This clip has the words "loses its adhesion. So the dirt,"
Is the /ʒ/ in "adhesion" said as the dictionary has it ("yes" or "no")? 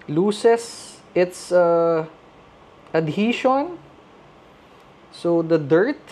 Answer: no